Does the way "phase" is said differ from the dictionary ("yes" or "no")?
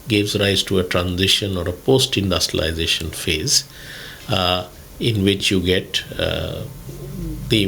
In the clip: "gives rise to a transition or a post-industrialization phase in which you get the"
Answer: no